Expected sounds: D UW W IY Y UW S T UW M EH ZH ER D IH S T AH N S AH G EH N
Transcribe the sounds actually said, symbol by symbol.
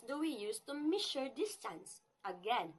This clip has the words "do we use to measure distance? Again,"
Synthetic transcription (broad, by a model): D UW W IY Y UW S T UW M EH SH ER D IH S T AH N S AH G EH N